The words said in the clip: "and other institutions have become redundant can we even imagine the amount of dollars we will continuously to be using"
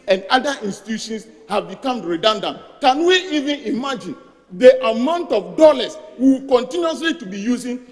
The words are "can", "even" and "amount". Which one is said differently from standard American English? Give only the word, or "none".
none